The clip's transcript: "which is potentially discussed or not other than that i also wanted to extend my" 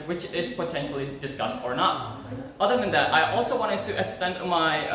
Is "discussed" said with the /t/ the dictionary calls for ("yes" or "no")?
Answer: yes